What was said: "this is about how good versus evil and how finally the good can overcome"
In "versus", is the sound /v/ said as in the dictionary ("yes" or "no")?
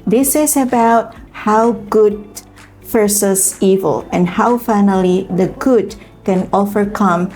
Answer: no